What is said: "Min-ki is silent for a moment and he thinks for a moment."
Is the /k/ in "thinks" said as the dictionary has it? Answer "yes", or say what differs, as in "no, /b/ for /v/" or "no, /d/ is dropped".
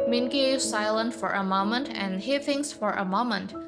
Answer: no, /k/ is dropped